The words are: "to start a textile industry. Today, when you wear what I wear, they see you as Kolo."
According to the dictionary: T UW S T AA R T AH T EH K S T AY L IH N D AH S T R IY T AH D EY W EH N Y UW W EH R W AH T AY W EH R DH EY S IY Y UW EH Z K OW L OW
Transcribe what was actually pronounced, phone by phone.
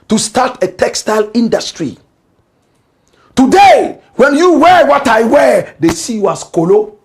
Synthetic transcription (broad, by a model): T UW S T AA T AH T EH K S T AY L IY N D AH S T R IY T AH D EY W EH N Y UW W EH W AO T AY W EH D EY S IY Y UW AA S K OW L OW